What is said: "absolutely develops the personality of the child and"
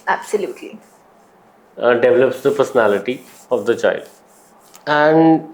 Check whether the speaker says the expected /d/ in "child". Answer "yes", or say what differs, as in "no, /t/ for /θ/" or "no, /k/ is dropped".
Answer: yes